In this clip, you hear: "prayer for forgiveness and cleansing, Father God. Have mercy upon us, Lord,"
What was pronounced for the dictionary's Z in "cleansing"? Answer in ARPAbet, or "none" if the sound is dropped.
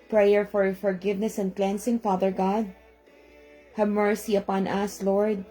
S